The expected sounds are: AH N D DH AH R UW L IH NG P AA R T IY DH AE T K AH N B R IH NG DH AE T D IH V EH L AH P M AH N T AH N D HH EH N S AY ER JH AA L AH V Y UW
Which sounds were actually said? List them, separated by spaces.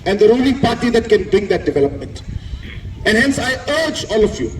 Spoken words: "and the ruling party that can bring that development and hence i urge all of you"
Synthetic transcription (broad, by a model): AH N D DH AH R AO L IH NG P AA R T IY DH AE T K AH N B R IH NG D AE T D IH V EH L AH P M AH N T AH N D HH EH N S AY ER JH AA L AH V Y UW